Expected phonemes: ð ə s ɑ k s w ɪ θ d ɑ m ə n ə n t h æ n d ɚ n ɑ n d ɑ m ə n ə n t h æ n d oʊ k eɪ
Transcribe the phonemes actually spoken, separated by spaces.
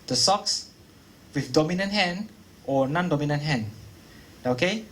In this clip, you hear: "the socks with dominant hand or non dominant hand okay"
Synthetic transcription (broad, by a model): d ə s ɑ k s w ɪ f d ɑ m ə n ə n t h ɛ n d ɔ n ɑ n d ɑ m ə n ə n t h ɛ n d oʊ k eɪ